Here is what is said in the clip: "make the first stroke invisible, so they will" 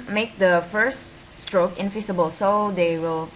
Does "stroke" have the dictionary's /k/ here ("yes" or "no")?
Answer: yes